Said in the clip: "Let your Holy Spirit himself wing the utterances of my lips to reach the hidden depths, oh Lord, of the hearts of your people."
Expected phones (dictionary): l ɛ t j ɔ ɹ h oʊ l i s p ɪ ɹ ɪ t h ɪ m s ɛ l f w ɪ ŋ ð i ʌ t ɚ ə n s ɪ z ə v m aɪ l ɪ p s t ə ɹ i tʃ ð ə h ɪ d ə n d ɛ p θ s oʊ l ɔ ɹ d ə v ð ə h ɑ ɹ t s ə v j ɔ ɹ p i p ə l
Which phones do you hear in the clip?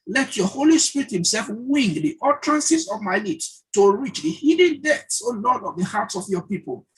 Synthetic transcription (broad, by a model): l ɛ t j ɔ h oʊ l i s p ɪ ɹ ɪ t h ɪ m s ɛ l f w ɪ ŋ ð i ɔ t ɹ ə n s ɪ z ə v m aɪ l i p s t ə ɹ i tʃ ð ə h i d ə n d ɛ θ s oʊ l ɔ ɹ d ə v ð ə h ɑ t s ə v j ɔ p i p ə l